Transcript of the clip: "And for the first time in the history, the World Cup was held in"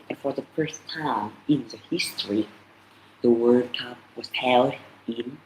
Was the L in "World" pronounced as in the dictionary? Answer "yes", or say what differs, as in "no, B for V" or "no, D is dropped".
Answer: no, L is dropped